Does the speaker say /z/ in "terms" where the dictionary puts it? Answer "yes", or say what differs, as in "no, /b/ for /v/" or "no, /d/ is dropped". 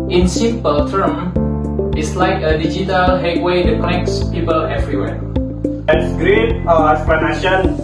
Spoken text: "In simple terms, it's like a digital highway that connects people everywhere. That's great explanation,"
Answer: no, /z/ is dropped